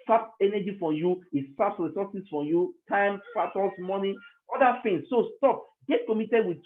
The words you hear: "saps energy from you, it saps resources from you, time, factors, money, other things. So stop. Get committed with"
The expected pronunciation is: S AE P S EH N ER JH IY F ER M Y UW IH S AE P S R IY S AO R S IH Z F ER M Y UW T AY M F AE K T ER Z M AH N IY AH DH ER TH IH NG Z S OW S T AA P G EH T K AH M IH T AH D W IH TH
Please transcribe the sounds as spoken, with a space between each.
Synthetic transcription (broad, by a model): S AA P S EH N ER JH IY F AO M Y UW IH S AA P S R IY S AO S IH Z F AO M Y UW T AY M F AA T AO S M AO N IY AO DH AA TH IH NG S S OW S T AA P G EH T K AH M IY T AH D W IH